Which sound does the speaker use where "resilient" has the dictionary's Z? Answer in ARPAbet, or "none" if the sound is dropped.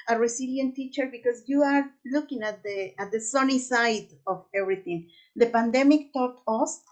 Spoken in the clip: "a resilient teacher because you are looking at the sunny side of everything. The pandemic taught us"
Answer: S